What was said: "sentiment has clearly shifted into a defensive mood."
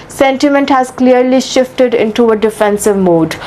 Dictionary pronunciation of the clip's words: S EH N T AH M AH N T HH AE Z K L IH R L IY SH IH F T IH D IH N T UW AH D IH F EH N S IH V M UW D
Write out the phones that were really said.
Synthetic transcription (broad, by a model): S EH N T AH M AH N T HH AE Z K L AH R L IY SH IH F T IH D IH N T UW AH D IH F EH N S IH V M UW D